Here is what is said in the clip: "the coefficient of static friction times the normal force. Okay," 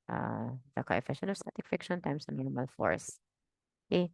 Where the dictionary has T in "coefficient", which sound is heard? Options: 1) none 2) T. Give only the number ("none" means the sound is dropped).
1